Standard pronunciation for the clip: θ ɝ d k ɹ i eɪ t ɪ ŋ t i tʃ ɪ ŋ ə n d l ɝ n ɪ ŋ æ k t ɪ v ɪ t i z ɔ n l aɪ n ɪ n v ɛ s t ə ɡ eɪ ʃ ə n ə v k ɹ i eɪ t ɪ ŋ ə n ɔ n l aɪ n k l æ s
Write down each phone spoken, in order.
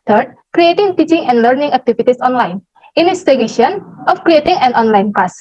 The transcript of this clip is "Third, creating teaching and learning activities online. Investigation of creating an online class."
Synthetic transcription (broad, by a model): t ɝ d k ɹ i eɪ t ɪ ŋ t i tʃ ɪ ŋ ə n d l ɝ n ɪ ŋ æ k t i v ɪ t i s ɔ n l aɪ n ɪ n ɛ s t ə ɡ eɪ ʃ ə n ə f k ɹ i eɪ t ɪ ŋ ə n ɔ n l aɪ n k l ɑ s